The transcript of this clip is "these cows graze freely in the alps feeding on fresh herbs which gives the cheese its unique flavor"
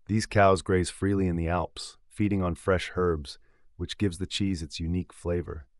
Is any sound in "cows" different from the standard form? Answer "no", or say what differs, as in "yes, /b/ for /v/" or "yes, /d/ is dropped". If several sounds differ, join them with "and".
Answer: no